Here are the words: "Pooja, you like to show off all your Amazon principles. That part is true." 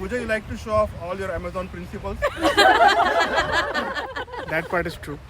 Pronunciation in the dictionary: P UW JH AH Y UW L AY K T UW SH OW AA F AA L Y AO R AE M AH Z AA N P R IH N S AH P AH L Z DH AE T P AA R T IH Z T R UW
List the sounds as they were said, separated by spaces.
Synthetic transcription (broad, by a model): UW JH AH Y UW L AY K T UW SH OW AA F AA L Y AO R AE M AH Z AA N P R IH N S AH P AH L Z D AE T P AA R T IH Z T R UW